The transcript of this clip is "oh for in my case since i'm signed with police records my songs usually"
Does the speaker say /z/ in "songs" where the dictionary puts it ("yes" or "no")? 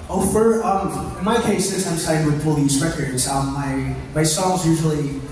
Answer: yes